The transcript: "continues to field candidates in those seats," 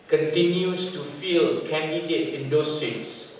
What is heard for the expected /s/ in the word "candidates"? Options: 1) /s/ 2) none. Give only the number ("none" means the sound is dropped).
2